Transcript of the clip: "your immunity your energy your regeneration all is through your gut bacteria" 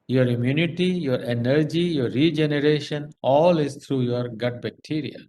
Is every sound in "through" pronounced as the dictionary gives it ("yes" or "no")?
no